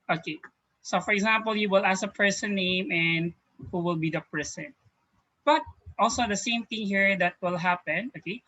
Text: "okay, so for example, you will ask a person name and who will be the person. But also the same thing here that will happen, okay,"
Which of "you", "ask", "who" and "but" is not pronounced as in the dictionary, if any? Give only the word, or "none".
ask